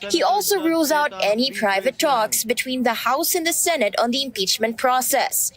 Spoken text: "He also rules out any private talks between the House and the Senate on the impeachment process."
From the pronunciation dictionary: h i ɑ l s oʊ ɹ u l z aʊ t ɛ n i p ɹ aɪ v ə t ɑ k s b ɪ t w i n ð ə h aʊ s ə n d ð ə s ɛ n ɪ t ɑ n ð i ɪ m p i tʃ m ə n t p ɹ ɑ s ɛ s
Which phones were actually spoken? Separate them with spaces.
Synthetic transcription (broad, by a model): h i ɑ l s oʊ ɹ u l z aʊ t ɛ n i p ɹ aɪ v ə t ɑ k s b ɪ t w i n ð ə h aʊ s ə n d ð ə s ɛ n ɪ t ɑ n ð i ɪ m p i tʃ m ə n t p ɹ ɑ s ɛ s